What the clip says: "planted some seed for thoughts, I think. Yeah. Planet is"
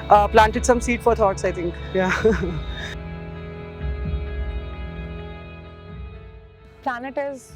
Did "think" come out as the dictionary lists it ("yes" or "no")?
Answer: no